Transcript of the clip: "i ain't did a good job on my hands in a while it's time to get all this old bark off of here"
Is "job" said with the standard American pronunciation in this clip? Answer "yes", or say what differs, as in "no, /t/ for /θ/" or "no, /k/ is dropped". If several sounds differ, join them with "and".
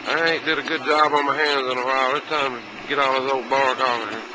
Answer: yes